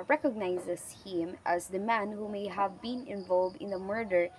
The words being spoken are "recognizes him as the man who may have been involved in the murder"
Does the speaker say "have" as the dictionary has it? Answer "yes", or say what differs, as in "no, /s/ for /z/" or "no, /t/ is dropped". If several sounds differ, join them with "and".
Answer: yes